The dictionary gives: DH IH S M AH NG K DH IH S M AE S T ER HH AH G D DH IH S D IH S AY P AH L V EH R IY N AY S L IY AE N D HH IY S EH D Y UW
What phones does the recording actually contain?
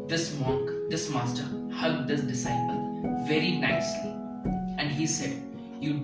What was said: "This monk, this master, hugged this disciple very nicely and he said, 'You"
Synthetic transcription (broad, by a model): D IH S M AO K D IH S M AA S T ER HH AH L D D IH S D IH S AY P AH L V EH R IY N AY S L IY AE N D HH IY S EH D Y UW